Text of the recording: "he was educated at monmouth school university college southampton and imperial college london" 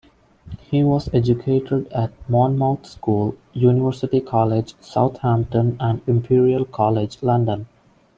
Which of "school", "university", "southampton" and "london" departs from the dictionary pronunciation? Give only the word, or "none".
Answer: southampton